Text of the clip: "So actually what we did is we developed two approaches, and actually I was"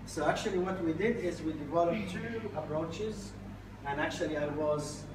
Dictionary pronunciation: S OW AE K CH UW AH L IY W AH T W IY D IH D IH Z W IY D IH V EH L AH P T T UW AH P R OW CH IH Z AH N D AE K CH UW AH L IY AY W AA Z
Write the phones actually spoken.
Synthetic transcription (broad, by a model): S OW AE K CH UW AH L IY W AH T W IY D IH D IH Z W IY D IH V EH L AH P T T UW AH P R OW CH IH Z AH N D AE K CH UW AH L IY AY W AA Z